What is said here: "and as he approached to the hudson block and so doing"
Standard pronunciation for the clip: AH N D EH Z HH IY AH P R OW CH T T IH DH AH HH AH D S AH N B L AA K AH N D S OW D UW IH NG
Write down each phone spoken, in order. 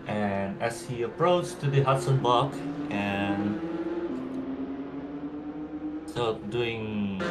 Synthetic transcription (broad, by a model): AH N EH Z HH IY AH P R OW CH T T IH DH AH HH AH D S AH N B AA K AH N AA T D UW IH NG